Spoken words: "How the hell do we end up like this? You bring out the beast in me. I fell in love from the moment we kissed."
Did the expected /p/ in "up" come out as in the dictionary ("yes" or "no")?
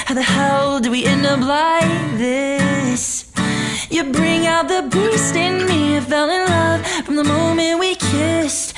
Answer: no